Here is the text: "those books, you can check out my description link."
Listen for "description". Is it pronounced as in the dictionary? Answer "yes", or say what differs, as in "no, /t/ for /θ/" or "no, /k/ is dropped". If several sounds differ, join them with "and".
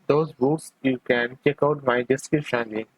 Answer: no, /ɹ/ is dropped and /p/ is dropped